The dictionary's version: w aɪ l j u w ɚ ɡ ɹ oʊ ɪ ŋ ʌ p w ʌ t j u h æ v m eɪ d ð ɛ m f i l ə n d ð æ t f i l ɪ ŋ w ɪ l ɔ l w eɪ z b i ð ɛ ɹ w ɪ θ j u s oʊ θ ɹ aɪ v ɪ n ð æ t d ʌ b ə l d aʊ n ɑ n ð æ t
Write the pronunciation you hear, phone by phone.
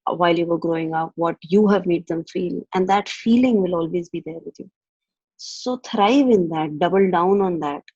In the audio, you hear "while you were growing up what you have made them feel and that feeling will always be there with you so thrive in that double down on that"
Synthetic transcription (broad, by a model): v aɪ l j u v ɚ ɡ ɹ oʊ ɪ ŋ ʌ p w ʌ t j u h æ v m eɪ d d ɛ m f i l ə n d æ t f i l ɪ ŋ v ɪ l ɔ l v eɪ z b i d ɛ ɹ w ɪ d j u s oʊ t ɹ aɪ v ɪ n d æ t d ʌ b ə l d aʊ n ɑ n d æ t